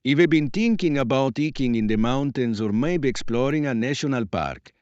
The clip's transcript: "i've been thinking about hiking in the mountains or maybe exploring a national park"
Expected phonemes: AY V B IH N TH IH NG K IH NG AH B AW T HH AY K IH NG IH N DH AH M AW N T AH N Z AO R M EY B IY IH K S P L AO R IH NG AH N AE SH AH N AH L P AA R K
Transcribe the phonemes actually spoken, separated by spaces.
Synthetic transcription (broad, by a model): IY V B IH N T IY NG K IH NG AH B AW T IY K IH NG IH N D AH M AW N T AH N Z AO R M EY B IH K S P L AO R IH NG AH N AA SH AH N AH L P AA R K